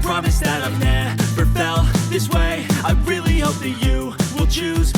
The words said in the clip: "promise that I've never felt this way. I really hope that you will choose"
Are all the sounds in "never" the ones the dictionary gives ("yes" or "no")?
no